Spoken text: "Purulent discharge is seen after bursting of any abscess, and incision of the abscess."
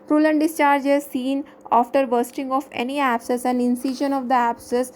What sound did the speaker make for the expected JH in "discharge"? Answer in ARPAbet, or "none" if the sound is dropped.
JH